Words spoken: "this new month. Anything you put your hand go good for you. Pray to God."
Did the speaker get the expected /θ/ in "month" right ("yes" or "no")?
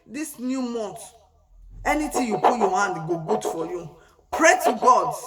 no